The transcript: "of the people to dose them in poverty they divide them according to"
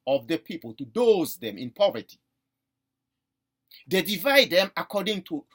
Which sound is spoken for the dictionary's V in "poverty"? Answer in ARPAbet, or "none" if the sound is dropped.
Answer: V